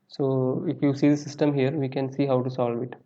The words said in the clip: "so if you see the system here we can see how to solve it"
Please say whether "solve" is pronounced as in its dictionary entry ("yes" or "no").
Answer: yes